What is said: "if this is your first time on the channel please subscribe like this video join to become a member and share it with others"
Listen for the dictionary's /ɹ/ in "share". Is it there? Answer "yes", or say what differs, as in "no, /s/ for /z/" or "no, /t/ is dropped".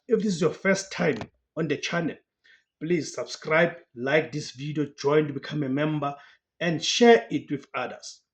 yes